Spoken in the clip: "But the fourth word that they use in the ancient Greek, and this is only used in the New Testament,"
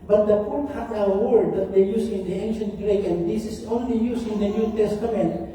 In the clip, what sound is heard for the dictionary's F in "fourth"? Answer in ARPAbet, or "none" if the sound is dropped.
P